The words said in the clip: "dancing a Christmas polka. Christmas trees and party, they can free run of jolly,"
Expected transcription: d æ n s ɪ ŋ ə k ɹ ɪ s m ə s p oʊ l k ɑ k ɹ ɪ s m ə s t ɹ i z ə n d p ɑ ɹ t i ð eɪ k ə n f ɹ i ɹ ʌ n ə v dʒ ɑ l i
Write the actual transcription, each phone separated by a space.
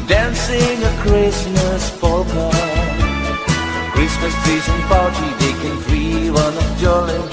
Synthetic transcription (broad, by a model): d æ n s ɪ ŋ ə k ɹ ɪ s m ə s f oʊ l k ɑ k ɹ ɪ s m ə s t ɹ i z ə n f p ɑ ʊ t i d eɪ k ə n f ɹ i w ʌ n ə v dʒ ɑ l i